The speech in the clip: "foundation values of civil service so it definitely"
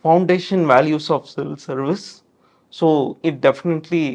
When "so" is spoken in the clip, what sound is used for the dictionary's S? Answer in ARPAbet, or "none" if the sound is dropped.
S